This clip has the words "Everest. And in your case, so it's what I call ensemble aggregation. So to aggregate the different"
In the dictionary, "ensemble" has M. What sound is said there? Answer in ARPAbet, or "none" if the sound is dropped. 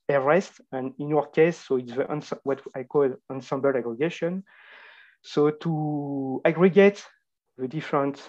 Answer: M